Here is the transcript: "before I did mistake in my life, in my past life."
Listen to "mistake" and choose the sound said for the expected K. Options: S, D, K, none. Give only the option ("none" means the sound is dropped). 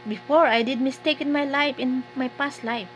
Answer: K